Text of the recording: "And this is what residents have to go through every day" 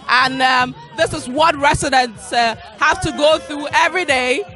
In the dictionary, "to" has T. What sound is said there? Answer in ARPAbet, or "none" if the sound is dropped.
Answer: T